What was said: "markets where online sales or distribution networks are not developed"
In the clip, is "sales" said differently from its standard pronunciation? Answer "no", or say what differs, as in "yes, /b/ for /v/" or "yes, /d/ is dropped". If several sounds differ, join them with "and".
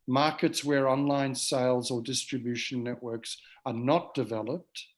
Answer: no